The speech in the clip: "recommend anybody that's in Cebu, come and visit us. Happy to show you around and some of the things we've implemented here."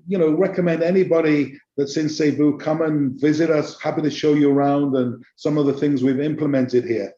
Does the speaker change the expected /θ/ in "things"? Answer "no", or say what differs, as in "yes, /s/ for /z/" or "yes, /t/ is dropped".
no